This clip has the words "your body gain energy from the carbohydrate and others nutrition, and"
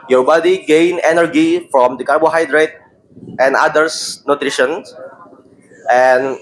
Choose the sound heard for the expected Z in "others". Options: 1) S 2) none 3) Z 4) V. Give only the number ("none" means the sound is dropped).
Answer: 1